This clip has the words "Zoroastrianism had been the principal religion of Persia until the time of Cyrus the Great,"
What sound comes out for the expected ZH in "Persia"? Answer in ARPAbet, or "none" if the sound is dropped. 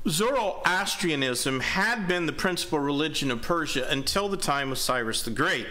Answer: ZH